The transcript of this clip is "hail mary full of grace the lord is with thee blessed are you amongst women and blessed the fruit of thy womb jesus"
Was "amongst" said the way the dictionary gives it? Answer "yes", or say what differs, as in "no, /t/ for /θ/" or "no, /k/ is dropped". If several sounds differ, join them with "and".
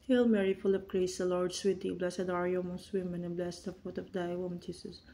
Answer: no, /ŋ/ is dropped